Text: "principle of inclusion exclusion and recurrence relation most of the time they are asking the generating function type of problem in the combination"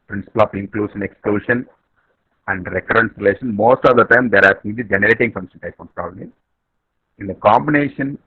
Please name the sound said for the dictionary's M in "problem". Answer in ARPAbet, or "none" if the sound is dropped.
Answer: none